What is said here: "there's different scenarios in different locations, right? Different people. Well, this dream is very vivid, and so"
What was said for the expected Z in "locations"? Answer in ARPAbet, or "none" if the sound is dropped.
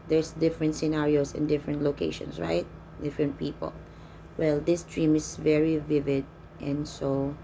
S